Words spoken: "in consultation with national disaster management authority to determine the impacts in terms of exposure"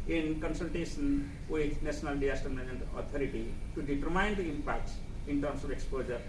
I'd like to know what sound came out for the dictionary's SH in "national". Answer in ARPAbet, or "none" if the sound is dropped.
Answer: S